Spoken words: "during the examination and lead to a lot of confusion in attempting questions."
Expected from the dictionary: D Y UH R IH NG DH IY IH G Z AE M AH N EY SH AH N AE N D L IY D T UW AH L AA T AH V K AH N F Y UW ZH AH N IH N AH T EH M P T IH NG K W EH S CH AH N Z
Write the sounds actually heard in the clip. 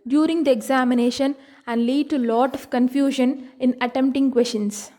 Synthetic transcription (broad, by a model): D Y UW R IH NG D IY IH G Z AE M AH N EY SH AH N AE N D L IY D T UW L AA T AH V K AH N F Y UW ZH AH N IH N AH T EH M P T IH NG K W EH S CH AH N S